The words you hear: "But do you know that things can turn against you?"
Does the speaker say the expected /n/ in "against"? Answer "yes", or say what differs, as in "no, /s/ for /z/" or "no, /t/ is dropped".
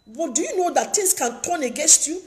yes